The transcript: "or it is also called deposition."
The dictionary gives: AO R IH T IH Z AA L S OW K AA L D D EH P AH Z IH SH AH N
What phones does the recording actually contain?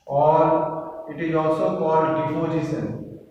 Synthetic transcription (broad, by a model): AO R IH T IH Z AA L S OW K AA D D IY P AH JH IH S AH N